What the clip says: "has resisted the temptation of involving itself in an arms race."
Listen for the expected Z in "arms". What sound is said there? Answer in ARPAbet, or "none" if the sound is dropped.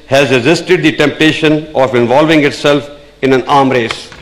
none